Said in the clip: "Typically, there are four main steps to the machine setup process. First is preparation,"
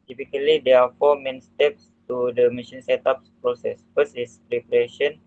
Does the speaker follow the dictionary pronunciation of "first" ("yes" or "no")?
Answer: no